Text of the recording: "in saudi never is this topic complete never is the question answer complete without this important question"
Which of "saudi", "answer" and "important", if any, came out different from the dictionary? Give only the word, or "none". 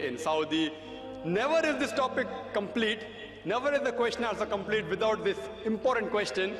answer